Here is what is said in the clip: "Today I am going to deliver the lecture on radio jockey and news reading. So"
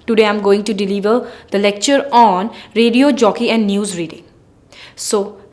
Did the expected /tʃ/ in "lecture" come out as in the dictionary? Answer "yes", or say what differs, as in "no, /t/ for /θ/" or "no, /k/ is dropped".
yes